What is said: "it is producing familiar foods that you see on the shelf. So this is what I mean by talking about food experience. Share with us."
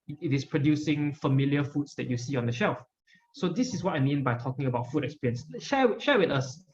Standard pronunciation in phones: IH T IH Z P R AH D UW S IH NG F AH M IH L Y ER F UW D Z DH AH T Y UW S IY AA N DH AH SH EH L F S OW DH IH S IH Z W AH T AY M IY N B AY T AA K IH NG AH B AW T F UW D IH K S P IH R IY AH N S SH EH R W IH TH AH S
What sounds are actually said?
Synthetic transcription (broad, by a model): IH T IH S P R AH D UW S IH NG F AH M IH L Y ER F UW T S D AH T Y UW S IY AA N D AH SH EH L F S OW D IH S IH S W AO T AY M IY N B AY T AA K IH NG AH B AW T F UW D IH K S P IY R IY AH N S SH EH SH W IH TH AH S